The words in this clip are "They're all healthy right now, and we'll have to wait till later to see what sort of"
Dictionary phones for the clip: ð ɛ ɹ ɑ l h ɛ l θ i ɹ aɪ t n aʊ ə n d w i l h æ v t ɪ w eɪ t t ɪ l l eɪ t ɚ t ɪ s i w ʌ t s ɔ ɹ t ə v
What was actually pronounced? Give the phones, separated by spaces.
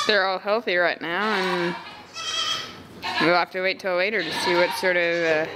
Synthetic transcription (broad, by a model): ð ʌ ɹ ɑ l h ɛ l θ i ɹ aɪ t n aʊ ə n w i l h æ f t ɪ w eɪ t t ɪ l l eɪ t ɚ t ɪ s i w ʌ t s ɔ ɹ t ə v